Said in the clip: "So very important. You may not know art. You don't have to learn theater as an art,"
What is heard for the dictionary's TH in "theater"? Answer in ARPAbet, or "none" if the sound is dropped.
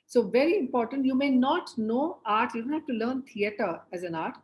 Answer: T